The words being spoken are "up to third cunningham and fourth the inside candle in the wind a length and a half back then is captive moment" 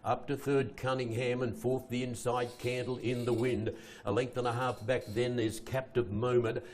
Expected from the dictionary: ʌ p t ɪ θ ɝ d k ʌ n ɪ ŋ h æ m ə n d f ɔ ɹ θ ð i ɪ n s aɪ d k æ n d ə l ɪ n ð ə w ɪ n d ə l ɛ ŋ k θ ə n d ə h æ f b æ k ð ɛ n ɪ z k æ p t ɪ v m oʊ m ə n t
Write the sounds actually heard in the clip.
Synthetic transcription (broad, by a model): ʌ p t ɪ θ ɝ d k ʌ n ɪ ŋ h æ m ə n f ɔ ɹ θ ð i ɪ n s aɪ d k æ n d l ɪ n ð ə w ɪ n d ə l ɛ ŋ k θ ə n ə h æ f b æ k ð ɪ n ɪ z k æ p t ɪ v m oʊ m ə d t